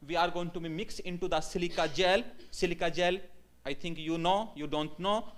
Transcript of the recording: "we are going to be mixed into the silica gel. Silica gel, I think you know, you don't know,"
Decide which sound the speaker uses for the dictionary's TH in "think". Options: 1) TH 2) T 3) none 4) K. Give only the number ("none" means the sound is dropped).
2